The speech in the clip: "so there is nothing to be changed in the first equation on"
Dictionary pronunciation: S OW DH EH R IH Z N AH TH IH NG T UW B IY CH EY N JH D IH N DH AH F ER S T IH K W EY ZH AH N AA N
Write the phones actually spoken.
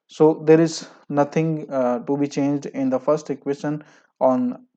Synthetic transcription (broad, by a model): S OW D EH R IH Z N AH T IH NG T UW B IY CH EY N JH D IH N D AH F ER S T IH K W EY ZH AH N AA N